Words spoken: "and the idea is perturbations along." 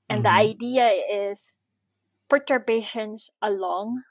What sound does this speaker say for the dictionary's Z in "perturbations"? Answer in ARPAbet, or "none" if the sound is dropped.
S